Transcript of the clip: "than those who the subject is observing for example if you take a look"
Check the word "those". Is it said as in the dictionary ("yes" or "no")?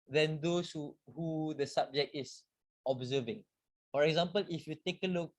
no